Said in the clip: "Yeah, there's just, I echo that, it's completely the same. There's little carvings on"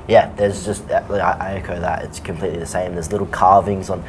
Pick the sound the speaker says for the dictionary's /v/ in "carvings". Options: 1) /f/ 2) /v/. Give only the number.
2